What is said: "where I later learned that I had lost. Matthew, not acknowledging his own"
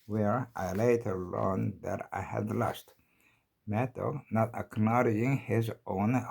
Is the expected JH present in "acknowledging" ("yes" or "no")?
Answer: no